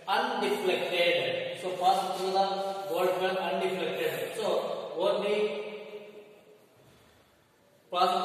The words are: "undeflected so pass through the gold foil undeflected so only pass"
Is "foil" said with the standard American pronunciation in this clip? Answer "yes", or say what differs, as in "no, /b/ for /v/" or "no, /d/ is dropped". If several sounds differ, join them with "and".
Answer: no, /n/ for /l/